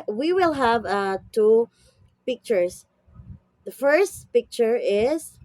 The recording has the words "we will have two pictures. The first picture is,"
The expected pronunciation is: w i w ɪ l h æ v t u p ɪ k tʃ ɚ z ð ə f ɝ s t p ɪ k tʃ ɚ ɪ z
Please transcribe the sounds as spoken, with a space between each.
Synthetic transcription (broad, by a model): w i w ɪ l h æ v t u p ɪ k tʃ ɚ s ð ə f ɝ s t p ɪ k tʃ ɚ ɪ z